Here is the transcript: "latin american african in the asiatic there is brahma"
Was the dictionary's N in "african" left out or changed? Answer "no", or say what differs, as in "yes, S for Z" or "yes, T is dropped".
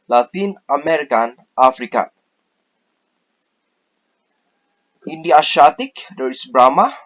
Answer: yes, N is dropped